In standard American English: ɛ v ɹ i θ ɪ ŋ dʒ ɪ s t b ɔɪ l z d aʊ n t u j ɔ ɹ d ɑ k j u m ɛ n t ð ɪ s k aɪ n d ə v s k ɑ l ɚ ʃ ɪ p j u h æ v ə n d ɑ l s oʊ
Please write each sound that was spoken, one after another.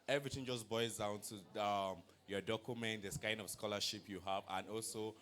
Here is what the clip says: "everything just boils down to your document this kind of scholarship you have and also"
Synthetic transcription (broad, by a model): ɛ v ɹ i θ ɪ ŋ dʒ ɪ s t b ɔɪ z d aʊ n t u j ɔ d ɑ k j u m ɛ n t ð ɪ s k aɪ n d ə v s k ɑ l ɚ ʃ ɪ p j u h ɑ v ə n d ɑ l s oʊ